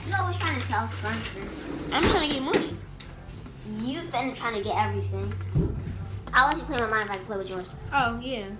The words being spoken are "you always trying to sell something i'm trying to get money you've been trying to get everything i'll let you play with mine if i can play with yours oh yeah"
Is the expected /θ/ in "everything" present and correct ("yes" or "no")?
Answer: yes